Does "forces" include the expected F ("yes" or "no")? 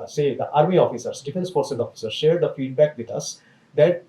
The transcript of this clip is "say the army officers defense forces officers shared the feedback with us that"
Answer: no